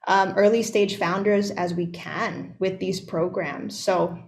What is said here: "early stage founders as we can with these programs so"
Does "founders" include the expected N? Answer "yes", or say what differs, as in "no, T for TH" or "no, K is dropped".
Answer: yes